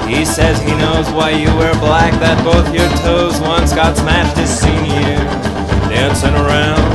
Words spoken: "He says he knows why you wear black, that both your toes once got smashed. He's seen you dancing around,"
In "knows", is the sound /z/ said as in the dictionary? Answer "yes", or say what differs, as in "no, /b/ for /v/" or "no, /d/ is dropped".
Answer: yes